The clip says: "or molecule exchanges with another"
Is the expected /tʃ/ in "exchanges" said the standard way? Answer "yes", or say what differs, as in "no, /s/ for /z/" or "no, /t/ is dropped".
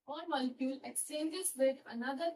no, /tʃ/ is dropped